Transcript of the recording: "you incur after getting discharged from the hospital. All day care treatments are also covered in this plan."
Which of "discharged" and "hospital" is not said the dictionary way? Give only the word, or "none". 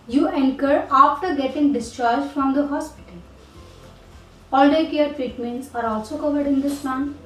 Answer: none